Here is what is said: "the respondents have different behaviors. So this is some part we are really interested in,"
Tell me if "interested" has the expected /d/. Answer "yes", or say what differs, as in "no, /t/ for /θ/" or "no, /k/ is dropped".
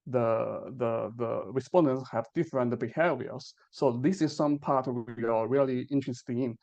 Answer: no, /d/ is dropped